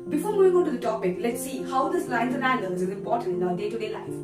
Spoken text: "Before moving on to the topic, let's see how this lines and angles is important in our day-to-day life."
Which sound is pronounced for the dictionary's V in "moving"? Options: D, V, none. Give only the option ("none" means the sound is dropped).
none